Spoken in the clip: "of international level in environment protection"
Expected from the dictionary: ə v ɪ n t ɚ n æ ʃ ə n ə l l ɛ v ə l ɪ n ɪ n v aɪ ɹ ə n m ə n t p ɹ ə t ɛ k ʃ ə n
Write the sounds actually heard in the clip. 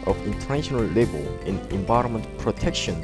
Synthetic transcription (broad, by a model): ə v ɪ n t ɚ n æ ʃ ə n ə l l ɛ b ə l ɪ n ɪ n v aɪ ɹ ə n m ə n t p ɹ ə t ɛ k ʃ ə n